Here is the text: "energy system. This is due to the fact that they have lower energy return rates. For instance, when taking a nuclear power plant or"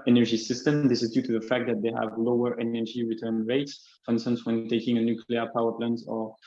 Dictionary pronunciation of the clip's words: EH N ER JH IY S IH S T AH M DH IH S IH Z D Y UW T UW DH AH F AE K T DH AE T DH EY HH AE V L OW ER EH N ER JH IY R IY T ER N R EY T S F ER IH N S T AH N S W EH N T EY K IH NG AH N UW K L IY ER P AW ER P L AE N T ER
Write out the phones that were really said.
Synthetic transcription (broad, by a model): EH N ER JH IY S IH S T AH M DH IH S IH Z D Y UW T UW DH AH F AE K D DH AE T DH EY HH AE V L OW ER EH N ER JH IY R IY T ER N R EY T S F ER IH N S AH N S W EH N T EY K IH NG AH N UW K L IY ER P AW ER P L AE N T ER